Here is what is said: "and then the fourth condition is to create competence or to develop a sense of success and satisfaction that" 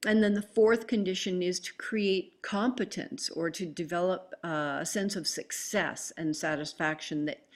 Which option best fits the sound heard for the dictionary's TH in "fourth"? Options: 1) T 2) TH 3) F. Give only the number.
2